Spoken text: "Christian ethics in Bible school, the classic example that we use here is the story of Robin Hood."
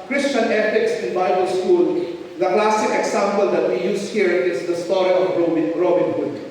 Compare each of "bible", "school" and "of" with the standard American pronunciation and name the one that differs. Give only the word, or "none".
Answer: of